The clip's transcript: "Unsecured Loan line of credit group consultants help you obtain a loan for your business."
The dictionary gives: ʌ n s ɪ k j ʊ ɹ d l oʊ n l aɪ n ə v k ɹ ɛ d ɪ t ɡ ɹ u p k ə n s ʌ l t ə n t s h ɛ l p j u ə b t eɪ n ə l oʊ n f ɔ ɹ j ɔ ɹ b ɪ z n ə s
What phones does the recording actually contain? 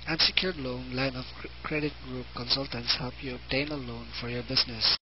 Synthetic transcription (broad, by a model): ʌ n s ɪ k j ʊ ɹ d l oʊ n l aɪ n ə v k ɹ ɛ d ɪ t ɡ ɹ u p k ə n s ʌ l t ə n t s h ɛ l p j u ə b t eɪ n ə l oʊ n f ɔ ɹ j ɔ ɹ b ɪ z n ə s